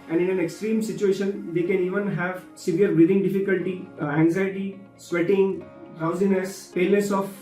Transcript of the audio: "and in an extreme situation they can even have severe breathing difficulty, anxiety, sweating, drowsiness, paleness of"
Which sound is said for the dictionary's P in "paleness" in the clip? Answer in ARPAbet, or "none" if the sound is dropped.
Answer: F